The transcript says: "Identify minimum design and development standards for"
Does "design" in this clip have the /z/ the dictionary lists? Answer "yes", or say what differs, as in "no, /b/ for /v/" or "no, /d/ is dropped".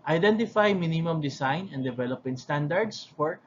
no, /s/ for /z/